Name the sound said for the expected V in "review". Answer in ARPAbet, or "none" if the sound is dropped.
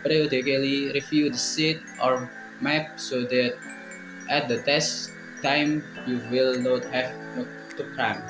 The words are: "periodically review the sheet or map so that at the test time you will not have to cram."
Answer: F